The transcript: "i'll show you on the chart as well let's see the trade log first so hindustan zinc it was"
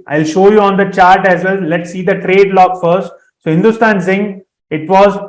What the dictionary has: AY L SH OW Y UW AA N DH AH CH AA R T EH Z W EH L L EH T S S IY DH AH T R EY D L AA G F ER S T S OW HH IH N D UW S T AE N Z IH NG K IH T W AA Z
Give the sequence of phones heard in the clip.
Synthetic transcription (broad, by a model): AY L SH OW Y UW AA N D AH CH AA R T EH Z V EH L L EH T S S IY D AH T R EY D L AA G F ER S T S OW HH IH N D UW S T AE N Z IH NG IH T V AA Z